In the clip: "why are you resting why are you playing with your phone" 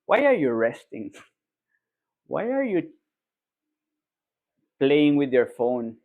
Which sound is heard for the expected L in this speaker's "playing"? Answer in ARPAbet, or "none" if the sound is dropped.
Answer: L